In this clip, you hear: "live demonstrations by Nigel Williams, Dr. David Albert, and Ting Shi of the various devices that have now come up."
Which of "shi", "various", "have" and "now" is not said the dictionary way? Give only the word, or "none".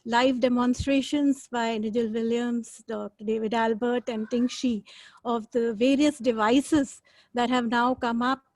none